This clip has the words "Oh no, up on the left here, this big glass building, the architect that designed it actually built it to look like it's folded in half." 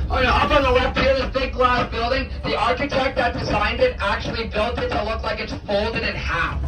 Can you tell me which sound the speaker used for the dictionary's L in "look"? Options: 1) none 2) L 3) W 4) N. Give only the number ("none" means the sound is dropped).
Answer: 2